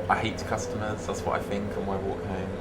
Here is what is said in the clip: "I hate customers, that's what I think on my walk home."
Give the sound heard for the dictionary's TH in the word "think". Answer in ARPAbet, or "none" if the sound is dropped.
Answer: TH